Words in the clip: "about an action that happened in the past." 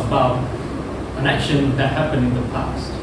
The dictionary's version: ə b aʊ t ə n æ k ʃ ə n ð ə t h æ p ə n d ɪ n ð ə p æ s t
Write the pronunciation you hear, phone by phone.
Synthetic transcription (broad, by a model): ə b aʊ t ə n æ k ʃ ə n ð ə t h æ p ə n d ɪ n ð ə p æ s t